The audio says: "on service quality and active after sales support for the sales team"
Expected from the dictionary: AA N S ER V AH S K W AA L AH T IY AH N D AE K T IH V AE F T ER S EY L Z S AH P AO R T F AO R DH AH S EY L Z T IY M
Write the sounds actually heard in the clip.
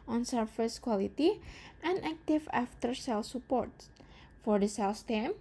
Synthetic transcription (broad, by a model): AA N S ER F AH S K W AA L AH T IY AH N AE K T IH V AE F T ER S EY L S AH P AO R T F AO R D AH S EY L S T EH M